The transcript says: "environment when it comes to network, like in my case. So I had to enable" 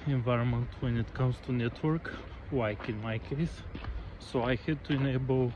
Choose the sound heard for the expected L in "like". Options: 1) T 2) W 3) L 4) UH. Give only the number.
2